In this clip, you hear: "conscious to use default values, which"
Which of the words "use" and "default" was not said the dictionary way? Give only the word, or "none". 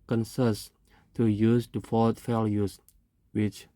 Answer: default